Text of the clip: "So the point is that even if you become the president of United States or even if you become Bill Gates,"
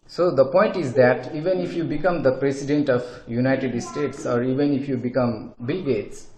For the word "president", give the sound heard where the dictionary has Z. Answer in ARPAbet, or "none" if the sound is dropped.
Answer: S